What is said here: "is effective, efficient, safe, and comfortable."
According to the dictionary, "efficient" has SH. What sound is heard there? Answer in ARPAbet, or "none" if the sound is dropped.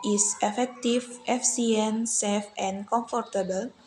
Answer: none